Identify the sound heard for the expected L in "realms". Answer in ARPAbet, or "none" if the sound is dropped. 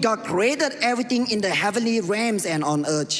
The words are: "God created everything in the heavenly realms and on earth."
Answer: none